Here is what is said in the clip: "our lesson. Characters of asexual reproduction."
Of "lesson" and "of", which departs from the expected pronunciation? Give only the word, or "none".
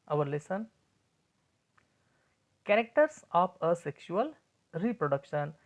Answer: of